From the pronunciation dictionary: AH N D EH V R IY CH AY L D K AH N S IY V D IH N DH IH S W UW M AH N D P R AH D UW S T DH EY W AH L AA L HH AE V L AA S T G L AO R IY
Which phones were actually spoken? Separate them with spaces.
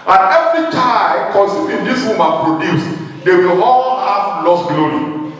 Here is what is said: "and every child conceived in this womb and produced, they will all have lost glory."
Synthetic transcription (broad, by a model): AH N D EH V R IY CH AY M K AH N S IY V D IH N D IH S W UW M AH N P R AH D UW S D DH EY W AH L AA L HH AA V L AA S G L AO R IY